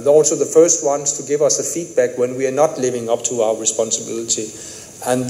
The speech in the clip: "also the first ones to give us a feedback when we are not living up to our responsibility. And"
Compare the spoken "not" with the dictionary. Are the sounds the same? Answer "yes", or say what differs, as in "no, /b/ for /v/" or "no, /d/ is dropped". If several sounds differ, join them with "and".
yes